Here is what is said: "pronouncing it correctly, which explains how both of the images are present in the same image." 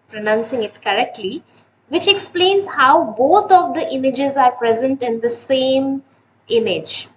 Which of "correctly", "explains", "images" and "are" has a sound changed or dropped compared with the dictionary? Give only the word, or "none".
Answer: none